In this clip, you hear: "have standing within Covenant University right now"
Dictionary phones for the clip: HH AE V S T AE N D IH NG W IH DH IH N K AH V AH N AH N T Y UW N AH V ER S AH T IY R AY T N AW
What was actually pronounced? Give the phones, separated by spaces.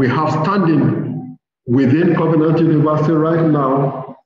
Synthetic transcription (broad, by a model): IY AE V S T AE N D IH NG W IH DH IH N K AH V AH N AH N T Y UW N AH V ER S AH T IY R AY T N AW